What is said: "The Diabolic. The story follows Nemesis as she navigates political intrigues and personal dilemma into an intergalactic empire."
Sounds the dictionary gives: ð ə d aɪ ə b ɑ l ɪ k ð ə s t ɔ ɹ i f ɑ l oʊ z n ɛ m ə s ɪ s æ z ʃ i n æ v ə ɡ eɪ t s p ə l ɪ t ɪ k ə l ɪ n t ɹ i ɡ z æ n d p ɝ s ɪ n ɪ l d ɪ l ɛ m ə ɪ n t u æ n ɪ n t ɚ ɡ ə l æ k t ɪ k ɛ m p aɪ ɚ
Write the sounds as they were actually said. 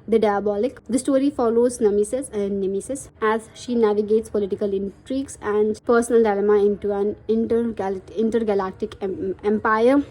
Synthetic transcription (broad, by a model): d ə d aɪ ə b ɑ l ɪ k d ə s t ɔ ɹ i f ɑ l oʊ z n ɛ m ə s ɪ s æ z ʃ i n æ v ə ɡ eɪ t s p ə l ɪ t ɪ k ə l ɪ n t ɹ i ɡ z æ n d p ɝ s ɪ n ɪ l d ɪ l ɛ m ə ɪ n t u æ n ɪ n t ɚ ɡ ə l æ k t ɪ k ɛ m p aɪ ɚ